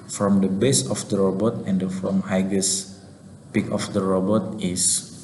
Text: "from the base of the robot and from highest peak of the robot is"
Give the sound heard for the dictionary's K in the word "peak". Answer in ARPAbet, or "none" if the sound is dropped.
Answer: K